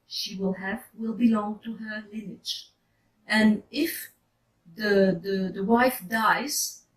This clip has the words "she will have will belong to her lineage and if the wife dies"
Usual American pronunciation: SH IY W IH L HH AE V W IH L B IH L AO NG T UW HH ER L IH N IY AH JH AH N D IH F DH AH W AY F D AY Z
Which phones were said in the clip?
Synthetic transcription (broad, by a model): SH IY W IH L HH AE V W IH L B IH L AO NG T UW HH ER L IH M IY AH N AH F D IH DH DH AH W AY F D AY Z